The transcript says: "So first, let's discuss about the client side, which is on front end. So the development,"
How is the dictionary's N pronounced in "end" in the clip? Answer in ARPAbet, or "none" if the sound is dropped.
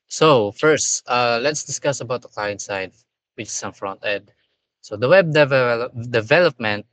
none